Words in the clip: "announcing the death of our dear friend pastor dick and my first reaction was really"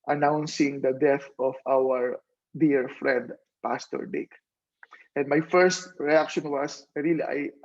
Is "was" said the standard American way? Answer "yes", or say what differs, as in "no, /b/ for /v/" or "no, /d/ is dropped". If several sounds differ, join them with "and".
no, /s/ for /z/